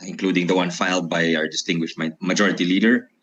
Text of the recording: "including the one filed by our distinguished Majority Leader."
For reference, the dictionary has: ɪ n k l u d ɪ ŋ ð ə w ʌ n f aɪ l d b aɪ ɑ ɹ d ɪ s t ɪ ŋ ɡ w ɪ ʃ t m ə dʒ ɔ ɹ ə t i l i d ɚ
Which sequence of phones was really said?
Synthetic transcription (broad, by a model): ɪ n k l u d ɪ ŋ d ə w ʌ n f aɪ l d b aɪ ɑ ɹ d ɪ s t ɪ ŋ ɡ w ɪ ʃ t m ə dʒ ɔ ɹ ə t i l i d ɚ